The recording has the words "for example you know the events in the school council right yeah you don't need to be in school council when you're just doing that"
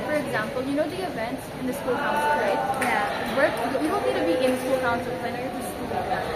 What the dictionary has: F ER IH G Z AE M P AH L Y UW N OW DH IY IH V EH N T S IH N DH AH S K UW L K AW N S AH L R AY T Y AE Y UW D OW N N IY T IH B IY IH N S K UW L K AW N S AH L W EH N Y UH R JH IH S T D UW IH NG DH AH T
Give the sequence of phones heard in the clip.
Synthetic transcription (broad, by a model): F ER IH G Z AE M P AH L Y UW N OW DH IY IH V EH N T S IH N DH AH S K UW L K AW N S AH R AY T Y AE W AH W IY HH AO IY T IH B IY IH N S K UW L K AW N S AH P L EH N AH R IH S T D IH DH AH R